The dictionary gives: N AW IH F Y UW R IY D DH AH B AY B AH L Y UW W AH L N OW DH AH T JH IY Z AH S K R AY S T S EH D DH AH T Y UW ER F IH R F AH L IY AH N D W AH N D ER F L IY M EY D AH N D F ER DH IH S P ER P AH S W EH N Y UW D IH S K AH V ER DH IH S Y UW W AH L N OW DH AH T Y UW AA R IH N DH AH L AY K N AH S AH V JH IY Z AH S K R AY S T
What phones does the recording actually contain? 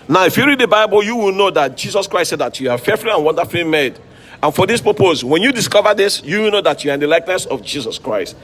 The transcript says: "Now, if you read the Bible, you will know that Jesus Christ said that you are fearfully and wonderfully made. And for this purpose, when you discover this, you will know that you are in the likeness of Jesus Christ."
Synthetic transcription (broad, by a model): N AW IH F Y UW R IY D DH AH B AY B AH L Y UW W AH L N OW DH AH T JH IY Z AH S K R AY S T S EH D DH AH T Y UW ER F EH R F L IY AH N W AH N D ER F L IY M EY D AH N F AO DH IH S P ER P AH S W EH N Y UW D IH S K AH V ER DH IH S Y UW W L N OW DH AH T Y UW AA R IH N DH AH L AY K N AH S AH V JH IY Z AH S K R AY S T